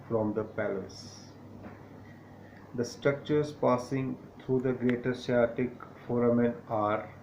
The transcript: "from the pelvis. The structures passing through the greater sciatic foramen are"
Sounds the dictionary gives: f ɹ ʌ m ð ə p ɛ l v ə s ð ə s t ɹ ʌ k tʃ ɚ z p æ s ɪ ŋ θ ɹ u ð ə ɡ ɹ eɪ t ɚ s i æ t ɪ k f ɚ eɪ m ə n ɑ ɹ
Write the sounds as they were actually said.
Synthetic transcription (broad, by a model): f ɹ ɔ m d ə p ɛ l ə s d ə s t ɹ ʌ k tʃ ɚ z p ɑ s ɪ ŋ t ɹ u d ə ɡ ɹ eɪ t ɚ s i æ t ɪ k f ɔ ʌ m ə n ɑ ɹ